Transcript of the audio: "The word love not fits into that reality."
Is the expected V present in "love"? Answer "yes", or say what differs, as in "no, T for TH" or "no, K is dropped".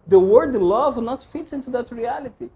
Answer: yes